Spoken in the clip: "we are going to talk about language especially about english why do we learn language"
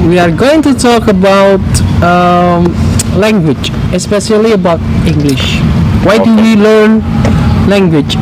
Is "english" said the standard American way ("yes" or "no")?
yes